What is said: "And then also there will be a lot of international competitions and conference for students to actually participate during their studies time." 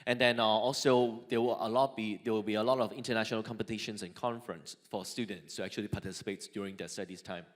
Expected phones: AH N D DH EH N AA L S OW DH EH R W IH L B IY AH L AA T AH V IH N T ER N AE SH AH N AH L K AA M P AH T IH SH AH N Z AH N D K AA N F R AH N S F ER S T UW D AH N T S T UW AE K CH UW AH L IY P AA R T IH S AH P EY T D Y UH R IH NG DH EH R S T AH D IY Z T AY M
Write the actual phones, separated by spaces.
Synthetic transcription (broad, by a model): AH N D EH N AA L S OW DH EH W W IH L B IY AH L AA T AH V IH N T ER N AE SH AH N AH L K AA M P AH T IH SH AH N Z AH N K AA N F R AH N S F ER S T UW D AH N T S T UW AE K CH UW AH L IY P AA T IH S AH P EY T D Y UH R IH NG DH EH S T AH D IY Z T AY M